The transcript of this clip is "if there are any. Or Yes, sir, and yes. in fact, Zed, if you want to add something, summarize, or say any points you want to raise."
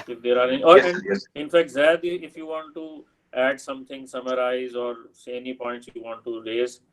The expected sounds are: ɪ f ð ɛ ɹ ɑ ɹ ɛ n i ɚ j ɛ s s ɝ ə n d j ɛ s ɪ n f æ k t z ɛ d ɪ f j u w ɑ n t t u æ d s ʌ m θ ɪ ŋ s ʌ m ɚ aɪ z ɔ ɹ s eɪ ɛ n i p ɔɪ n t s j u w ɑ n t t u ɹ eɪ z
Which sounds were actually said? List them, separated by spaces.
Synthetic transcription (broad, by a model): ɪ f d ɛ ɹ ɑ ɹ ɛ n i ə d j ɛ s ɪ n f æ k t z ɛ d ɪ f j u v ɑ n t t u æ d s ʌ m t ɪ ŋ s ʌ m ɚ aɪ z ɔ ɹ s eɪ ɛ n i p ɔɪ n t s j u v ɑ n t t u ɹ eɪ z